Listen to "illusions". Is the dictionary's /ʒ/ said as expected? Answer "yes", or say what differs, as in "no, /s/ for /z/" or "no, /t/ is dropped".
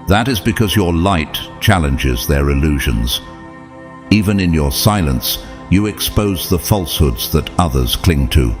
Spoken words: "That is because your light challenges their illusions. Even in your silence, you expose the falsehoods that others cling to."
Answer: yes